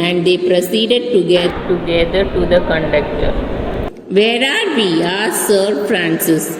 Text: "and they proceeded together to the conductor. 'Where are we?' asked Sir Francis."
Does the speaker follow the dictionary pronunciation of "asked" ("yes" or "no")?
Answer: no